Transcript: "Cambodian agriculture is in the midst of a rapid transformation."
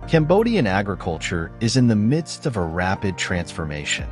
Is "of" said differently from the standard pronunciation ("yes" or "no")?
no